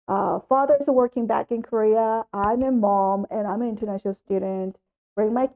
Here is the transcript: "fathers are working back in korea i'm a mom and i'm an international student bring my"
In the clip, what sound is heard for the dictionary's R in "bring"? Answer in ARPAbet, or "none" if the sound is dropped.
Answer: R